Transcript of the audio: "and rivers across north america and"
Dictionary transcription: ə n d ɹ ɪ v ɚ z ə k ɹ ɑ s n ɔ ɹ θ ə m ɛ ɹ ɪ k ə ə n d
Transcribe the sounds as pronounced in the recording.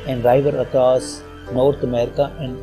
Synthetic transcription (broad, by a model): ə n d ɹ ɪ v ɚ ə k ɹ ɑ s n ɔ ɹ t ə m ɛ ɹ ɪ k ə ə n d